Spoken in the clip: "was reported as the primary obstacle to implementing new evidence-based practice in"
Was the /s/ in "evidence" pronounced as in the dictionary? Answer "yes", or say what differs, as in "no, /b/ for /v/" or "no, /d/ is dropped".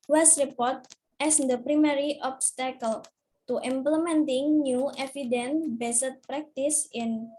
no, /s/ is dropped